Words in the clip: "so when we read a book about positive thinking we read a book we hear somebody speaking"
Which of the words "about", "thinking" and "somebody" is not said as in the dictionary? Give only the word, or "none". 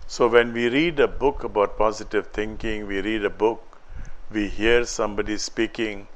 thinking